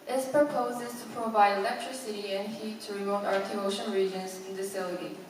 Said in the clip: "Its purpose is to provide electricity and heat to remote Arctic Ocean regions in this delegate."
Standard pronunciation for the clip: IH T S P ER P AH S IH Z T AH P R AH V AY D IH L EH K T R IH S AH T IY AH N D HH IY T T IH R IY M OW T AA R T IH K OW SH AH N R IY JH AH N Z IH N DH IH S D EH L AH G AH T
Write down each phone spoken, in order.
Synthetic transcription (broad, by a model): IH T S P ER P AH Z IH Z T AH P R AH V AY D IH L EH K T R IH S AH T IY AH N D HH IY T T IH R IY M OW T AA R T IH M OW SH AH N R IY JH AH N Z IH N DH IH S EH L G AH